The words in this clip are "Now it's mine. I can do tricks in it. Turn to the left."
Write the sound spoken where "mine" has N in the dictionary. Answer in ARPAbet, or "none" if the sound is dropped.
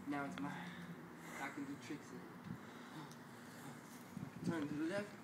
none